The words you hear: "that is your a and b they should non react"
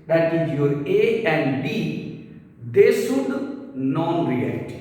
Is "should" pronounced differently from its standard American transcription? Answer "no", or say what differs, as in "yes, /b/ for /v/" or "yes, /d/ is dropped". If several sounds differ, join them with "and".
yes, /s/ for /ʃ/